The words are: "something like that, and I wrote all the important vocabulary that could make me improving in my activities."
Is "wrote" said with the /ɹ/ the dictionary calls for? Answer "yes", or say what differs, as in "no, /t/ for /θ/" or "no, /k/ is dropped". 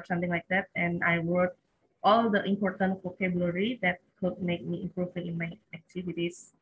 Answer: no, /w/ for /ɹ/